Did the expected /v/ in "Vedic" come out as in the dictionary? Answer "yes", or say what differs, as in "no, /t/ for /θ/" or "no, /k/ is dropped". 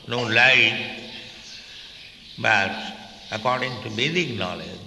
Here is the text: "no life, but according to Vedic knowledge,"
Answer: no, /b/ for /v/